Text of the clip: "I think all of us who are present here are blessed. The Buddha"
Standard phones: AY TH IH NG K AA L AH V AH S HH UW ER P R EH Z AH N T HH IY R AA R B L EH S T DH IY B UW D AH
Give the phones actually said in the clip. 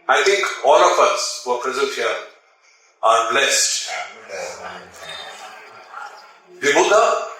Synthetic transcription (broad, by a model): AY T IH NG K AA L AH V AH S HH UW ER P R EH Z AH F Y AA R AA R B L EH S T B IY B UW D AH